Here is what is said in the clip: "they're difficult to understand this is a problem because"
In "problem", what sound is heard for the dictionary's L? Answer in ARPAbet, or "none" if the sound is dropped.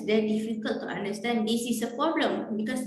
L